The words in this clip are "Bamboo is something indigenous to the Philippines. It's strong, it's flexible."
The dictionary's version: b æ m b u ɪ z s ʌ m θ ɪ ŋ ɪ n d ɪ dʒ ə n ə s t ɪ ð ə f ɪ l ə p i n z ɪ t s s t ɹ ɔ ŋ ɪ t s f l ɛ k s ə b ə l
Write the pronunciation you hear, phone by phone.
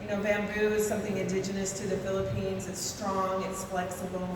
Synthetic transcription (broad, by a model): b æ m b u ɪ z s ʌ m θ ɪ ŋ ɪ n d ɪ dʒ ə n ə s t ɪ ð ə f ɪ l ə p i n z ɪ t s s t ɹ ɔ ŋ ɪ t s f l ɛ k s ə b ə l